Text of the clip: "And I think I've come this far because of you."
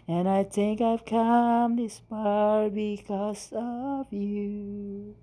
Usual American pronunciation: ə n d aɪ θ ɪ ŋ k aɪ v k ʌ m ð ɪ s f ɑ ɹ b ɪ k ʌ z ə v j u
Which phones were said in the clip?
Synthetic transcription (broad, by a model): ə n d aɪ θ ɪ ŋ k aɪ v k ʌ m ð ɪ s p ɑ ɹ b ɪ k ʌ z ə v j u